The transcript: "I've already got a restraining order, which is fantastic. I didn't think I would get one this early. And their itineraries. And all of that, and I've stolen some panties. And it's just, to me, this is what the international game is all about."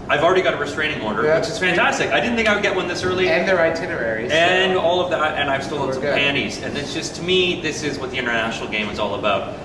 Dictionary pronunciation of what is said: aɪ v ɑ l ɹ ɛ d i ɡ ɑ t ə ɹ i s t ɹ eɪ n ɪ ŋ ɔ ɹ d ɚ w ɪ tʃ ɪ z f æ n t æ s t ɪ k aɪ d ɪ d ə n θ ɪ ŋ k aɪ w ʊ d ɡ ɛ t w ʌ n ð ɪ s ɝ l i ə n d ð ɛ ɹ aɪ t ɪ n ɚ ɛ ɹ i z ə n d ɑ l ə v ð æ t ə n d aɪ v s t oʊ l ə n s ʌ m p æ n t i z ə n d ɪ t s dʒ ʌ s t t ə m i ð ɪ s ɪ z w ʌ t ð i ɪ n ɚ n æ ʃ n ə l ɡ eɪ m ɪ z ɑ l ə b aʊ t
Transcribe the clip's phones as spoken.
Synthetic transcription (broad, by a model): aɪ v l ɹ ɛ d i ɡ ɑ t ə ɹ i s t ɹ eɪ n ɪ ŋ ɔ ɹ d ɚ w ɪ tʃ ɪ z f æ n t æ s t ɪ k aɪ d ɪ d n θ ɪ ŋ k aɪ w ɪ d ɡ ɛ t w ʌ n ð ɪ s ɝ l i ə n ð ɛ ɹ aɪ t ɪ n ɚ ɛ ɹ i z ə n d ɑ l ə v ð æ t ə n aɪ v s t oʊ ə l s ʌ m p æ n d i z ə n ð ɪ t s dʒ ʌ s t t ə m i ð ɪ s ɪ z w ʌ t ð i ɪ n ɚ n æ ʃ n l ɡ eɪ m ɪ z ɑ l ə b aʊ t